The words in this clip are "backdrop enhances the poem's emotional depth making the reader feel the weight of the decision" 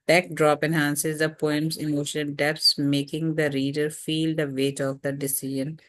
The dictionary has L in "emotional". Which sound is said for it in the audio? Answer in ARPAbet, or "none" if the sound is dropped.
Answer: N